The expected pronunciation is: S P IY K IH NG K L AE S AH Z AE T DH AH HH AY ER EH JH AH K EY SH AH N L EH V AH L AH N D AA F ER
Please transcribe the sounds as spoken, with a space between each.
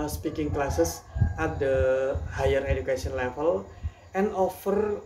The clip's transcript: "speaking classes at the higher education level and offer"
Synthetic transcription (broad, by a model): S P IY K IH NG K L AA S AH S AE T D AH HH AY ER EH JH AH K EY S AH N L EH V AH L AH N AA F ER